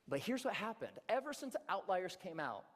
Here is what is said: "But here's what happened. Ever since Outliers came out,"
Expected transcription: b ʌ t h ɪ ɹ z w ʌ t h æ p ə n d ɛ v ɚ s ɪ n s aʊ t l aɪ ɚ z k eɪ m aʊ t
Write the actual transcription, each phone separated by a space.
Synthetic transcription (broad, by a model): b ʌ t h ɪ ɹ z w ʌ t h æ p ə n d ɛ v ɚ s ɪ n s aʊ t l aɪ ɚ z k eɪ m aʊ t